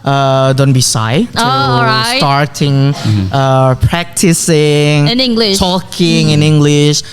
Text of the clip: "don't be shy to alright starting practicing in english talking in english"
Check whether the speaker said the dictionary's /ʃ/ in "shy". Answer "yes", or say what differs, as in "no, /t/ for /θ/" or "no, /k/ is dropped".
no, /s/ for /ʃ/